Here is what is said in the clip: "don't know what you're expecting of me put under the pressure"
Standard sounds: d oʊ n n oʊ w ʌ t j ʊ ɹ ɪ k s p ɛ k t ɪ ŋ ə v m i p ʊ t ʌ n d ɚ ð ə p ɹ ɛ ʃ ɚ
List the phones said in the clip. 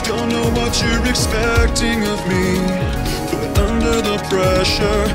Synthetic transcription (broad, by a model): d oʊ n n oʊ w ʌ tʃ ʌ ɹ ɪ k s p ɛ k t ɪ ŋ ə v m i b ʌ t ʌ n d ɚ ð ə p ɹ ɛ ʃ ɚ